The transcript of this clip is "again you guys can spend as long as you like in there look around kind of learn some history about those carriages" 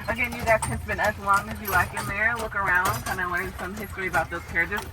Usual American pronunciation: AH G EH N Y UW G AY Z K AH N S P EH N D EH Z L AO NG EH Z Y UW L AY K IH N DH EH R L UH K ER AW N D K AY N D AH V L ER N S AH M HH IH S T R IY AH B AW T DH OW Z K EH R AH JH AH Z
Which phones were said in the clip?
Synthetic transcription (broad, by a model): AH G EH N Y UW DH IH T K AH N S B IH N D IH Z L AO NG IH Z Y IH L AY K IH N DH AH R L UH K ER AW N D K AY N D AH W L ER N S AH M HH IH S T R IY AH B AW T DH OW Z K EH R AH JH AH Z